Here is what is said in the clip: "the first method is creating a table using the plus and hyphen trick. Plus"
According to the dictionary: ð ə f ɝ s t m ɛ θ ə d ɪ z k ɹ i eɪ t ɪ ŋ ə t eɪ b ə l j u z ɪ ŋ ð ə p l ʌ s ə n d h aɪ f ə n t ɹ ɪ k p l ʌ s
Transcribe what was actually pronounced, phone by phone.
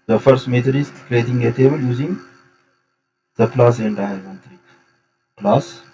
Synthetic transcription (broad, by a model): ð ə f ɝ s t m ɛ t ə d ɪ s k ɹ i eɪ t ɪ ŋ ə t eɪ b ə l j u z ɪ ŋ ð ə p l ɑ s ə n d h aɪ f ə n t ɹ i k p l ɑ s